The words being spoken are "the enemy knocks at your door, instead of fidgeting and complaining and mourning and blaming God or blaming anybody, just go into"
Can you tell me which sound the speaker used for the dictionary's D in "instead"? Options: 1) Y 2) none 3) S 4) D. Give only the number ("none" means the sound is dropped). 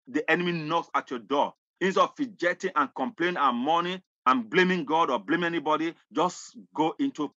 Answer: 2